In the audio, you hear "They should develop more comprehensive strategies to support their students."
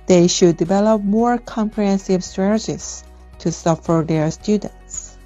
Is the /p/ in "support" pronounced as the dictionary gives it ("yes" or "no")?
no